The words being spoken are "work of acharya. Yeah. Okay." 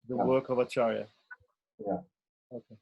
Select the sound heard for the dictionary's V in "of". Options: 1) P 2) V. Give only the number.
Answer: 2